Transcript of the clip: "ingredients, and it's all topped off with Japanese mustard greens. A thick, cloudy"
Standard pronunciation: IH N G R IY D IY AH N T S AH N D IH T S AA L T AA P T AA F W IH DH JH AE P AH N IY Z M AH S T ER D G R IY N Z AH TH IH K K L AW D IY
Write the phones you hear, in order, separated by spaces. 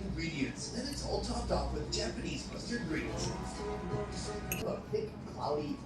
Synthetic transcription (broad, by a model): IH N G R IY D IY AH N T S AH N IH T S AA L T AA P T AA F W IH DH JH AE P AH N IY Z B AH S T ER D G R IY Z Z AH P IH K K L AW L IY